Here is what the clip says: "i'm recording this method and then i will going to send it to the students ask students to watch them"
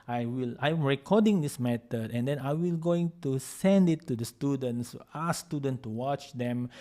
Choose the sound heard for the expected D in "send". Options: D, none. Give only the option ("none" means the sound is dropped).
D